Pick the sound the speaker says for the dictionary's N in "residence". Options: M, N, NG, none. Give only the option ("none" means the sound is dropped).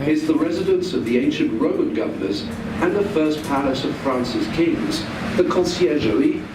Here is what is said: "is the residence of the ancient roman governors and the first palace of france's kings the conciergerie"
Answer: N